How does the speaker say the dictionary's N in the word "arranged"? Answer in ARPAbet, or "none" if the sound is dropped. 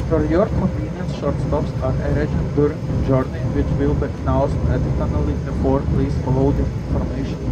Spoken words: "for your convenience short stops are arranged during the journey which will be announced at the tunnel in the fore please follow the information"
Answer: none